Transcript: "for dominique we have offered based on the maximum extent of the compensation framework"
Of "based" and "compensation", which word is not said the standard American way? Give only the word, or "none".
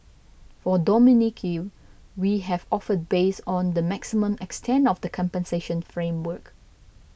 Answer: based